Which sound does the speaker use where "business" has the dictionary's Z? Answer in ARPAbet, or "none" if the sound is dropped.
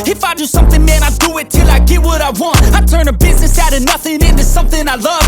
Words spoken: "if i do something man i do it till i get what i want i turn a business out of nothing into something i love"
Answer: Z